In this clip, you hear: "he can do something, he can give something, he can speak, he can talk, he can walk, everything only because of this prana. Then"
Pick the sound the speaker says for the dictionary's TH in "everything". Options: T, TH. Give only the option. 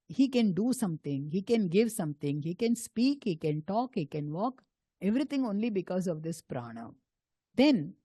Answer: T